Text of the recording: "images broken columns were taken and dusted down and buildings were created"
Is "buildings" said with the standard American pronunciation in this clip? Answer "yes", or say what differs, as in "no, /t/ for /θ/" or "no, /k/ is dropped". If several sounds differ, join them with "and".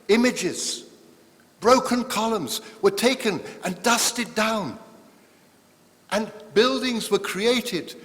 yes